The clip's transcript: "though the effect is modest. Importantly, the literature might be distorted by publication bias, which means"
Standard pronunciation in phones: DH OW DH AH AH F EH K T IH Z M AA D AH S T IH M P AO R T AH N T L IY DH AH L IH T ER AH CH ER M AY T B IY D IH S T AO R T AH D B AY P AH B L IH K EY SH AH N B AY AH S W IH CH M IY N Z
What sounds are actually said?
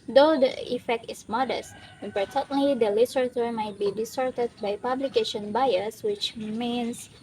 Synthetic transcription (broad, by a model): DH OW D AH AH F EH K T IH S M AA D AH S T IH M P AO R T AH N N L IY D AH L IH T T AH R M AY T B IY D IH S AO R T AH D B AY P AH B L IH K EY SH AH N B AY AH S W IH CH M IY N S